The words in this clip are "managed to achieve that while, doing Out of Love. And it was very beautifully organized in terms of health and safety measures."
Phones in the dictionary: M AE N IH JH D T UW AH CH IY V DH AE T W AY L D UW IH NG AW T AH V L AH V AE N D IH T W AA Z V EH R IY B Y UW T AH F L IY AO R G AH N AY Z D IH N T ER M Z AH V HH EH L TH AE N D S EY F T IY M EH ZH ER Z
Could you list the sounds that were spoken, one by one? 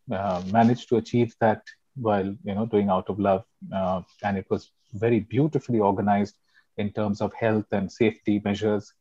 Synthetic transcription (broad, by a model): M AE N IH JH T UW AH CH IY V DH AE T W AY L D UW IH NG AW T AH V L AH V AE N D IH T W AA Z V EH R IY B Y UW T AH F L IY AO R G AH N AY Z D IH N T ER M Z AH V HH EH L T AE N D S EY F T IY M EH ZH ER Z